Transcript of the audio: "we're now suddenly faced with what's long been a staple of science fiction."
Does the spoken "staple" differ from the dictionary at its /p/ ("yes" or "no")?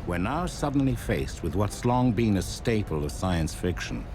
no